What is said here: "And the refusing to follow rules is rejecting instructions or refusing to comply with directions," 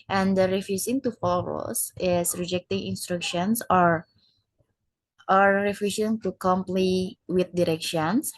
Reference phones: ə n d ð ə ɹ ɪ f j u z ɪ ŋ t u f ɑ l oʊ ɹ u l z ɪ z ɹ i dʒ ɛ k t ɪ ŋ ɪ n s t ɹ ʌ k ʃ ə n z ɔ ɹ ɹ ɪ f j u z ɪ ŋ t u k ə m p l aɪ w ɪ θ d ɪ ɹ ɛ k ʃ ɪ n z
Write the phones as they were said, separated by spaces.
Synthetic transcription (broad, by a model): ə n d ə ɹ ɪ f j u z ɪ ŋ t u f ɑ l oʊ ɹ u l s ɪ s ɹ i dʒ ɛ k t ɪ ŋ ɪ n s t ɹ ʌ k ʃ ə n s ɔ ɹ ɹ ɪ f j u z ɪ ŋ t u k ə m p l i w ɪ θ d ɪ ɹ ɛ k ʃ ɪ n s